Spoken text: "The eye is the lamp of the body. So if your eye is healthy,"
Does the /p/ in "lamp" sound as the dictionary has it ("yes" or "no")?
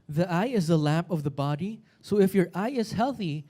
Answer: yes